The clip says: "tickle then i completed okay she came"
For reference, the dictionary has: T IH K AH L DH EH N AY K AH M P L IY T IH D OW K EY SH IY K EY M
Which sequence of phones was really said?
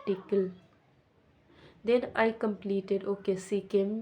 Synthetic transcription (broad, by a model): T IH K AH L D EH N AY K AH M P L IY T IH D OW K EY S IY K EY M